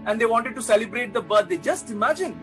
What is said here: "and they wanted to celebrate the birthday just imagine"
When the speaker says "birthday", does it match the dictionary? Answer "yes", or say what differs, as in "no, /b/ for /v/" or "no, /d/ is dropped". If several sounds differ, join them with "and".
no, /t/ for /θ/